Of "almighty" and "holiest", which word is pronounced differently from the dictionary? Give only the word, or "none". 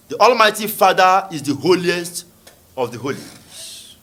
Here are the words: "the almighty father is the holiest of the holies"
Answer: none